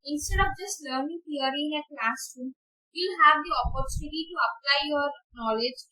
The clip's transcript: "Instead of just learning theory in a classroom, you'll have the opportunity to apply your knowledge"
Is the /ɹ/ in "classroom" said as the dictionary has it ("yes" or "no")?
no